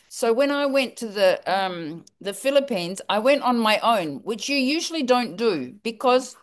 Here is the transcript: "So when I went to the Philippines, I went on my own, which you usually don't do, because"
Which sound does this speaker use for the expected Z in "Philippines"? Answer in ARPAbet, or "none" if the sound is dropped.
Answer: Z